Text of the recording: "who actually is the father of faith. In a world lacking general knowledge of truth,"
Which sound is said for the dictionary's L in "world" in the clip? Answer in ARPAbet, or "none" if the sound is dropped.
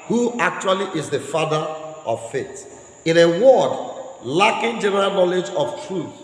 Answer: none